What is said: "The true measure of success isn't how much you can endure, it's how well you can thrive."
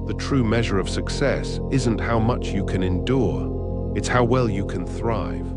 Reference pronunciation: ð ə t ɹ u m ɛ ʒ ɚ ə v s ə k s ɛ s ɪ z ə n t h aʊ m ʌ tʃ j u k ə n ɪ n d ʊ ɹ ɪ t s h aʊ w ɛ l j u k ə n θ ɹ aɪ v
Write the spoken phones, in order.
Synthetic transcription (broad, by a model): ð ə t ɹ u m ɛ ʒ ɚ ə v s ə k s ɛ s ɪ z ə n t h aʊ m ʌ tʃ j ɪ k ə n ɪ n d ʊ ɹ ɪ t s h aʊ w ɛ l j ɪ k ə n θ ɹ aɪ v